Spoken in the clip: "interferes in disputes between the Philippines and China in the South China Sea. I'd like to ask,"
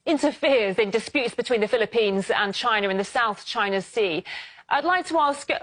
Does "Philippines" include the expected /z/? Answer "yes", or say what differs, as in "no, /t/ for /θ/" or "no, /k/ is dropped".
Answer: yes